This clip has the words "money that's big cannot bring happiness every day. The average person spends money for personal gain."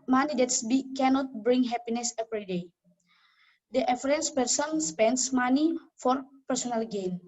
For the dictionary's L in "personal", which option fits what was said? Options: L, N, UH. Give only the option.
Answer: L